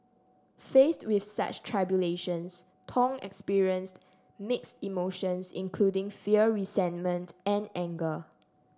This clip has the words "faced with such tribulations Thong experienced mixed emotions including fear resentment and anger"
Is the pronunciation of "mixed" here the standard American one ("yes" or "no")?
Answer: yes